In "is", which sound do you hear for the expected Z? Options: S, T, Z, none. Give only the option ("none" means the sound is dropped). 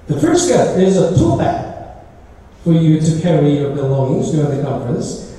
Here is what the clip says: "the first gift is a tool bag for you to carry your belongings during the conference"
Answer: Z